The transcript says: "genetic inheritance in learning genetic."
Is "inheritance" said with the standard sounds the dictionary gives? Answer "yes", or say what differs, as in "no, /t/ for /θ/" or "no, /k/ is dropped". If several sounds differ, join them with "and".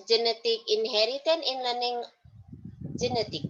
no, /s/ is dropped